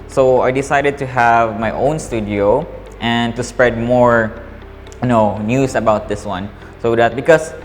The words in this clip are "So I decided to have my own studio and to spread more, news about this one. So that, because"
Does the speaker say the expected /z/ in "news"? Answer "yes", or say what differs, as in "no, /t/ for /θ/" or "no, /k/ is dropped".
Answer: no, /s/ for /z/